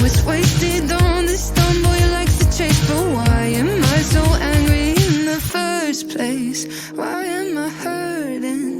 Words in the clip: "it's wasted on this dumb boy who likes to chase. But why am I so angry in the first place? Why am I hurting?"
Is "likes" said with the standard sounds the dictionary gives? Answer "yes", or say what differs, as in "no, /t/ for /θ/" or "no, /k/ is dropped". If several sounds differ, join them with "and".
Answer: no, /s/ is dropped